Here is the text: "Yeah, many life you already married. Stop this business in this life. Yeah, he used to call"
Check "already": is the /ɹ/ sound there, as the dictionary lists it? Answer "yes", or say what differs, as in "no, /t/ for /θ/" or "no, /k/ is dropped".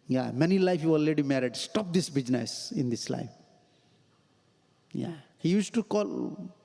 no, /ɹ/ is dropped